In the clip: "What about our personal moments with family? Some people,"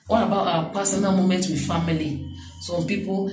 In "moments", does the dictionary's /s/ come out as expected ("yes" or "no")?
no